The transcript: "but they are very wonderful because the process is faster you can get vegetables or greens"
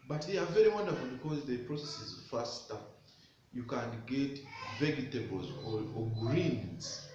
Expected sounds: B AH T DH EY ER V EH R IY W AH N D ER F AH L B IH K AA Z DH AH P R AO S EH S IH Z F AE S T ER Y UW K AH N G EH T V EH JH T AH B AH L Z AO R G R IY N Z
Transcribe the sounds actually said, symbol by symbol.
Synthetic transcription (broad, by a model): B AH T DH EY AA V EH R IY W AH N D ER F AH L B IH K AA Z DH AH P R AO S EH S IH Z F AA S T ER Y UW K AH N G EH T V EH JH T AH B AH L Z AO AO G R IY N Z